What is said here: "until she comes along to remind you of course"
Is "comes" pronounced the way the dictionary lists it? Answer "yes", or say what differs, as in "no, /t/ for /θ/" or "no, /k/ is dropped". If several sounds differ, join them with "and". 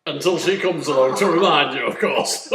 yes